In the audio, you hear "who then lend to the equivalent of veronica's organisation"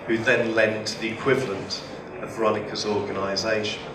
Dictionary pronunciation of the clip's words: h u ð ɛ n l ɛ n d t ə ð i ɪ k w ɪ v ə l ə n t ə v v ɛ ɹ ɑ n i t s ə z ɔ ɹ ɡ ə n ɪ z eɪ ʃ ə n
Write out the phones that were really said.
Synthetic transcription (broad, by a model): h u ð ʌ n l ɛ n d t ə ð i ɪ k w ɪ v ə l ə n t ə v v ɹ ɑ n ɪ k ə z ɔ ɡ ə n ɪ z eɪ ʃ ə n